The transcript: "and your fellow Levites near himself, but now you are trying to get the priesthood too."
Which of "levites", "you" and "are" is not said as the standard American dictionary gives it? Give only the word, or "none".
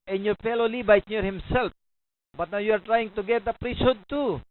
levites